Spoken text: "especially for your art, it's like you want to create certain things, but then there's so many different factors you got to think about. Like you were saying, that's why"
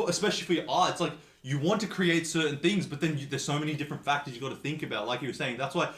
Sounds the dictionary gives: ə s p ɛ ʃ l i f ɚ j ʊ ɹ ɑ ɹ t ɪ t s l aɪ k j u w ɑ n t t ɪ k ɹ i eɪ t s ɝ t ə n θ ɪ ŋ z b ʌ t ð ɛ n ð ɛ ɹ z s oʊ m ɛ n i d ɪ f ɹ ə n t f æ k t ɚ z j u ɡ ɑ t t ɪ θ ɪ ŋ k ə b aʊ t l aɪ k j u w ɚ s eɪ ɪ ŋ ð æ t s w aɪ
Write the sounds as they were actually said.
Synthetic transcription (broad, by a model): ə s p ɛ ʃ l i f ɚ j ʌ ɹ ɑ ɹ ɪ t s l aɪ k j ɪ w ɑ n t t ɪ k ɹ i eɪ t s ɝ t n θ ɪ ŋ z b ʌ t ð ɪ n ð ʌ ɹ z s oʊ m ɛ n i d ɪ f ɹ ə n t f æ k t ɚ z j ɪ ɡ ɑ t t ɪ θ ɪ ŋ k ə b aʊ t l aɪ k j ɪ w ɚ s eɪ ɪ ŋ ð æ t s w aɪ